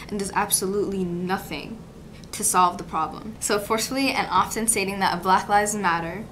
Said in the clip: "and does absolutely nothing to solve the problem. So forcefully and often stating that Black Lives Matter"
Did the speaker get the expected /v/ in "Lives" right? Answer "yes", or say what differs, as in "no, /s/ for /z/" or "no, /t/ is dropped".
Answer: no, /v/ is dropped